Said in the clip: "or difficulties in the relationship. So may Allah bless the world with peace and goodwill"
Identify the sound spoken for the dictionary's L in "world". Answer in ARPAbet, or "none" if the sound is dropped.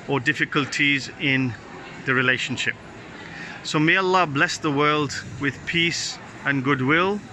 L